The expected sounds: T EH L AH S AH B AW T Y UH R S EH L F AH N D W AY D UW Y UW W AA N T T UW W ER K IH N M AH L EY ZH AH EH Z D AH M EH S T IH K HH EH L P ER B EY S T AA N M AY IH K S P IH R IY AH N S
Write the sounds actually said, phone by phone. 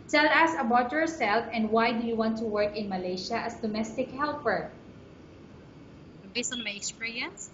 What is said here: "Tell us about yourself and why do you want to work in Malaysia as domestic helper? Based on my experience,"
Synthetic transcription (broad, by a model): T EH L AH S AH B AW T Y UH R S EH L F AH N D W AY D UW Y UW W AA N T T UW W ER K IH N M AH L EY SH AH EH S D AH M EH S T IH K HH EH L P ER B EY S AA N M AY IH K S P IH R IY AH N S